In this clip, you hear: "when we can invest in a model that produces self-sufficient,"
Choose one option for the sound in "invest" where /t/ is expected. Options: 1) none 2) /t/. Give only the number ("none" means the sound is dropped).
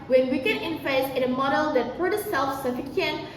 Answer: 1